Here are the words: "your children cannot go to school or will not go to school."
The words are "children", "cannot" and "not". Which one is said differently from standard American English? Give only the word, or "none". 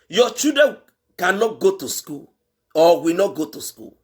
children